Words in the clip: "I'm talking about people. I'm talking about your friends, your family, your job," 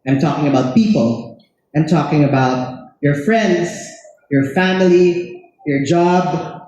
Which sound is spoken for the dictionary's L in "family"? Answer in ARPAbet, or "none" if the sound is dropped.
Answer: L